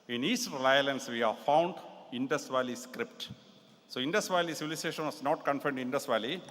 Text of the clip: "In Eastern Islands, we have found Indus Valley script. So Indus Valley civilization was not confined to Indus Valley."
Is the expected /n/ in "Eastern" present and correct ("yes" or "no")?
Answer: no